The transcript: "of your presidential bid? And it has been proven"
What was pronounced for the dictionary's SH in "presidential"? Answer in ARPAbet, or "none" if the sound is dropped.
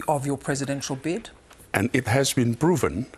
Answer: SH